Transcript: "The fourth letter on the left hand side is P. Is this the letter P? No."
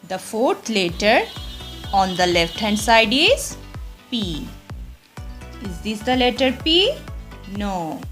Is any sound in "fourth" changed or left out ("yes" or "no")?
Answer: yes